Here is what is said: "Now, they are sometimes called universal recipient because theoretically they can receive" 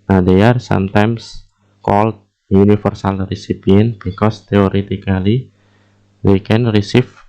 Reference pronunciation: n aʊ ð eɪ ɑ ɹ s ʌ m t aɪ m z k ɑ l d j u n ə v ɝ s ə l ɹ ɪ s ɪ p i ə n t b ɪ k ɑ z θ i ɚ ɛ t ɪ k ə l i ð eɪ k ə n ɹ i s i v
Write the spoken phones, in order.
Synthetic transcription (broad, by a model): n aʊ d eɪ ɑ ɹ s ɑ m t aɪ m s k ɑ l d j u n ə f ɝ s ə l ɹ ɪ s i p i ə n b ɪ k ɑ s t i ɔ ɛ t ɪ k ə l i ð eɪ k ə n ɹ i s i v